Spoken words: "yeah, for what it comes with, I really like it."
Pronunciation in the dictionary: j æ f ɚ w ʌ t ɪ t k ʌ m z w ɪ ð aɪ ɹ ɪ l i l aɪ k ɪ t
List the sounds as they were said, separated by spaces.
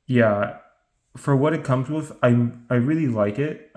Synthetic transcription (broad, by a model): j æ f ɚ w ʌ t ɪ t k ʌ m z w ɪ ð aɪ ɹ ɪ l i l aɪ k ɪ t